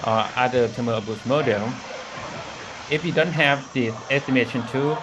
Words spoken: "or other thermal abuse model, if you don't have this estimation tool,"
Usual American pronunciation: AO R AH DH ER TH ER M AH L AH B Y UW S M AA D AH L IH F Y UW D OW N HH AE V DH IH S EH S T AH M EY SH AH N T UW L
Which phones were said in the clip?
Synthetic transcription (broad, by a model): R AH ER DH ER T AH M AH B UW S M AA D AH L IH F Y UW D OW N HH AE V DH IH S EH S T AH M EY SH AH N T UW